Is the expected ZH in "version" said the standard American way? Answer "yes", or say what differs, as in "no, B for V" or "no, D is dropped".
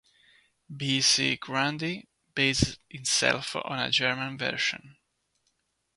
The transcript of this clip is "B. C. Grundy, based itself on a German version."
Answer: no, SH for ZH